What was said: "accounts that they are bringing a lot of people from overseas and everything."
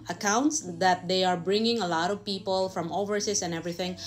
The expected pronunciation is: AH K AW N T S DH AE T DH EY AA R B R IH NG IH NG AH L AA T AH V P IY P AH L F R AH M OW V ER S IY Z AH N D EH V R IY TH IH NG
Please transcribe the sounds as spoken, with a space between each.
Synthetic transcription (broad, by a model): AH K AW N T S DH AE T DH EY AA R B R IH NG IH NG AH L AA T AH V P IY P AH L F R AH M OW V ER S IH S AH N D EH V R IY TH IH NG